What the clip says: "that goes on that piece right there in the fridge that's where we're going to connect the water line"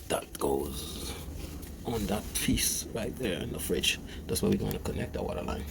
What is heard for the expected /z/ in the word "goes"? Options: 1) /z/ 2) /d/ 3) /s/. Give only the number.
1